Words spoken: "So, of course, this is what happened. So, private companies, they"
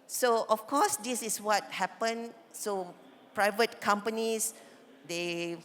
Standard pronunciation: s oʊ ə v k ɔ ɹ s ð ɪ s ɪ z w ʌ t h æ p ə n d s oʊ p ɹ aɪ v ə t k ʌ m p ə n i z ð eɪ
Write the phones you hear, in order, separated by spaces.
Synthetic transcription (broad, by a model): s oʊ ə f k ɔ s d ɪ s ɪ s w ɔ t h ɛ p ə n s oʊ p ɹ aɪ v ə t k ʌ m p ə n i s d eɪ